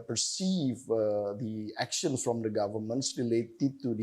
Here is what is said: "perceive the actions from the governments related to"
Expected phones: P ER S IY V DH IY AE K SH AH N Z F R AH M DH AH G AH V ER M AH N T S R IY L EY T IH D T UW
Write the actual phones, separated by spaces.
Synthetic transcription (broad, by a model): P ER S IY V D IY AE K SH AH N S F R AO M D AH G AH V ER M AH N T S R IY L EY T IH D T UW